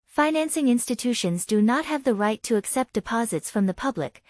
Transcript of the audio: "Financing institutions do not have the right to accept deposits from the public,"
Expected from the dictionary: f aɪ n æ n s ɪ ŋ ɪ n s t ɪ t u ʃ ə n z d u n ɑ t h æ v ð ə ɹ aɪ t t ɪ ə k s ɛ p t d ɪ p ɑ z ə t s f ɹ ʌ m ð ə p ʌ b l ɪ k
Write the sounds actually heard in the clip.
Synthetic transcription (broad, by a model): f aɪ n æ n s ɪ ŋ ɪ n s t ɪ t u ʃ ə n z d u n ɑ t h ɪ v ð ə ɹ aɪ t t ɪ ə k s ɛ p d ɪ p ɑ z ə t s f ɹ ʌ m ð ə p ʌ b l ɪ k